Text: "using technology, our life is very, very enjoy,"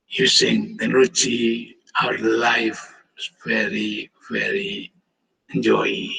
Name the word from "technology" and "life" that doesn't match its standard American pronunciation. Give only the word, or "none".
technology